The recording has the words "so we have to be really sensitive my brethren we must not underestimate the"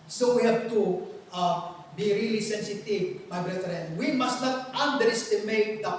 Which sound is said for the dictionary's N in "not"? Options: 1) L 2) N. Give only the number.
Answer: 1